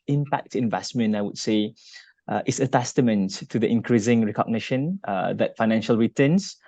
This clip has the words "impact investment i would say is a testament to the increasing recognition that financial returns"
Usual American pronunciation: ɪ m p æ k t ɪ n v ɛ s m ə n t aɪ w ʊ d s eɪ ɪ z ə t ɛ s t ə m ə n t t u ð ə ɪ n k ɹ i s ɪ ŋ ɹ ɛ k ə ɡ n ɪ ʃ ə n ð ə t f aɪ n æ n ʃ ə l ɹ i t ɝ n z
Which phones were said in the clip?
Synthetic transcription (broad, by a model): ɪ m p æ k t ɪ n v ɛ s m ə n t aɪ w ʊ d s eɪ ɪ s ə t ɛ s t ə m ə n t t u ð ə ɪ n k ɹ i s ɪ ŋ ɹ ɛ k ə ɡ n ɪ ʃ ə n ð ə t f aɪ n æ n ʃ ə l ɹ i t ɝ n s